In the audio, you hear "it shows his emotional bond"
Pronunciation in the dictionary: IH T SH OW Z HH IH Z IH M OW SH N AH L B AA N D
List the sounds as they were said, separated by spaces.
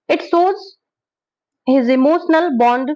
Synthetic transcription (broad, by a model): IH T S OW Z HH IH Z IH M OW SH N AH L B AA N D